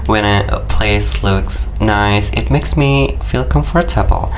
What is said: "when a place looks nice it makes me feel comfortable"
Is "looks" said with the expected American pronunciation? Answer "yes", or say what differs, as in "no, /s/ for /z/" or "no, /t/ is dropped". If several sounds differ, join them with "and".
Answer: yes